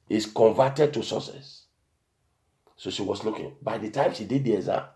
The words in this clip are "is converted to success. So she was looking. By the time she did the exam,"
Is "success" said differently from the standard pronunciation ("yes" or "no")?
yes